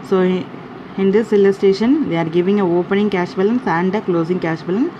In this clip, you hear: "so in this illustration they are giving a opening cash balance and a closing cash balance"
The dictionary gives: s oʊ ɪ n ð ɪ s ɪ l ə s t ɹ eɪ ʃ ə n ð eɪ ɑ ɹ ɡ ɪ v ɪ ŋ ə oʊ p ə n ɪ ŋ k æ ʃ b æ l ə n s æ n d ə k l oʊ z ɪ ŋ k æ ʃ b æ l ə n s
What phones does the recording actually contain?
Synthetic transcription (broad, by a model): s oʊ ɪ n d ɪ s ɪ l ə s t eɪ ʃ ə n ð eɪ ɑ ɹ ɡ ɪ v ɪ ŋ ə oʊ p ə n ɪ ŋ k æ ʃ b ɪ l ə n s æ n d ə k l oʊ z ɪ ŋ k æ ʃ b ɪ l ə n